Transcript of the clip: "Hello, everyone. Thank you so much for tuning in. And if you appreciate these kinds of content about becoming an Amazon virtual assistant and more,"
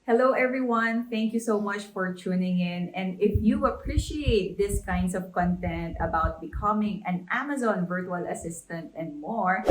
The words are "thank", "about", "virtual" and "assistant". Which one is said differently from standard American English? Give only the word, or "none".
none